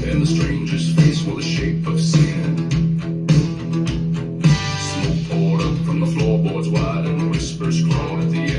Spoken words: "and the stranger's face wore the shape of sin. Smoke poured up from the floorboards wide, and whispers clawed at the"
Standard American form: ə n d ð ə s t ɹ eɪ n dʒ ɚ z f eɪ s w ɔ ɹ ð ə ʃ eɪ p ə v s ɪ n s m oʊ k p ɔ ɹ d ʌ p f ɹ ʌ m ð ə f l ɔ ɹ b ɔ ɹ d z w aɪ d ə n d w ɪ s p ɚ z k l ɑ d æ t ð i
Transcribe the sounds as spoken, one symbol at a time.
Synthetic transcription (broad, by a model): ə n ð ə s t ɹ eɪ n dʒ ɚ z f eɪ s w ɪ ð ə ʃ eɪ p ə v s ɪ n s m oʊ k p ɔ ɹ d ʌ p f ɹ ʌ m ð ə f l ɔ ɹ b ɔ ɹ d z w aɪ d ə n w ɪ s p ɚ z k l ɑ ɪ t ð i